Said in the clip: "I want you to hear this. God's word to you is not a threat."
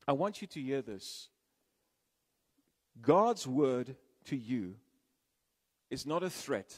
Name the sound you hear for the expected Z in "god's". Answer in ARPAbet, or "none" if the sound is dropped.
Z